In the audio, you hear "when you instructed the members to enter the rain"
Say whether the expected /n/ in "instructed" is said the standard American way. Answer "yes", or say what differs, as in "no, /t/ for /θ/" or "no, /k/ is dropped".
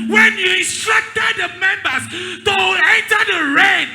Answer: no, /n/ is dropped